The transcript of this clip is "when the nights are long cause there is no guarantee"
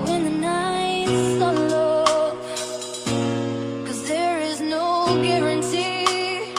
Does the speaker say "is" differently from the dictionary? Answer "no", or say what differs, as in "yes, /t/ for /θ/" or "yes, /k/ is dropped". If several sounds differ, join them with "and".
no